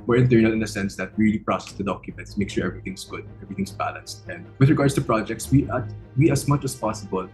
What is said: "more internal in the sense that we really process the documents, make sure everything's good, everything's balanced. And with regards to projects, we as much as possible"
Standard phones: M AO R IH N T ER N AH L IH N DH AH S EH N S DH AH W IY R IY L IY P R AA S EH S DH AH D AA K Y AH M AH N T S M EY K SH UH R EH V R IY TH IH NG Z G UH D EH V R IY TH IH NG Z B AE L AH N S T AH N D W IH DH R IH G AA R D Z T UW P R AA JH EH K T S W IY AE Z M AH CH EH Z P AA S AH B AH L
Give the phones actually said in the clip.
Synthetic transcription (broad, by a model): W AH R IH N T ER N AH L IH N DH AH S EH N S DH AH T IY R IY L IY P R AA S EH S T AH D AA K Y AH M AH N T S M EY K SH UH R EH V R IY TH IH NG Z G UH D EH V R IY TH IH NG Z B AE L AH N S T AH N D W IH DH R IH G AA R D S T UW P R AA JH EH K T S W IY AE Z M AH CH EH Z P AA S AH B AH L